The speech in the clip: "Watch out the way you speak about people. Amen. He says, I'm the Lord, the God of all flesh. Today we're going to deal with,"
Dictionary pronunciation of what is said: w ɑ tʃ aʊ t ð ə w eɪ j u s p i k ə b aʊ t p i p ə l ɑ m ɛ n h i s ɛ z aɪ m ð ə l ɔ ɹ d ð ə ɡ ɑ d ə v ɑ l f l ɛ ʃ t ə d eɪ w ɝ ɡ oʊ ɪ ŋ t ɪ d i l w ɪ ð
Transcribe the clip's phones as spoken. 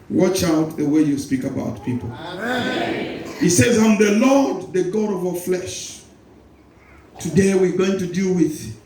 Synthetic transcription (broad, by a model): w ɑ tʃ aʊ t ð ə w eɪ j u s p i k ə b aʊ t p i p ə l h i s ɛ z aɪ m ð ə l ɔ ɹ d ð ə ɡ ɑ d ə v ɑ f l ɛ ʃ t ə d eɪ w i ɡ oʊ ɪ ŋ t ɪ d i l w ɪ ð